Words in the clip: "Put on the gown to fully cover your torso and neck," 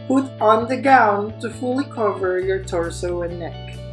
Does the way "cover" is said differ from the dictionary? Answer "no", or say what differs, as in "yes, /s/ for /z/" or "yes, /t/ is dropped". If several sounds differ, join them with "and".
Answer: no